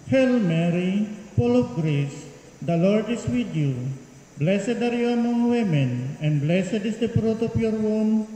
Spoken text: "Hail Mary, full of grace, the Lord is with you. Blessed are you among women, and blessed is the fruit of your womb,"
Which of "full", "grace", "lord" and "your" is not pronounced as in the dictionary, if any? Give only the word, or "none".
full